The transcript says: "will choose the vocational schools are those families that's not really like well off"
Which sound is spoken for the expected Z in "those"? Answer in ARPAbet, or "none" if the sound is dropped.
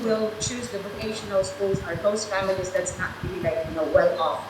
S